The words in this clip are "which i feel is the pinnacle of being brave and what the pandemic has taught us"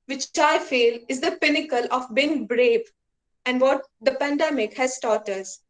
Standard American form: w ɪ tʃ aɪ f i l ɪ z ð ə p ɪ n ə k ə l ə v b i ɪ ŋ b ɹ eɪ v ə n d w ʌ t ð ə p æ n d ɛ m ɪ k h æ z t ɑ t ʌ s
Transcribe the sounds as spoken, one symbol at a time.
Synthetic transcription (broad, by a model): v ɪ tʃ aɪ f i l ɪ z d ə p ɪ n ə k ə l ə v b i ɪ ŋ b ɹ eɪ b ə n d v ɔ t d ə p æ n d ɛ m ɪ k h æ z t ɑ t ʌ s